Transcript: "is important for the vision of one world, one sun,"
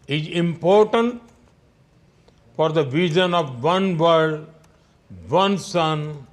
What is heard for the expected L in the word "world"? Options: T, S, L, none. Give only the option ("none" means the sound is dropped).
none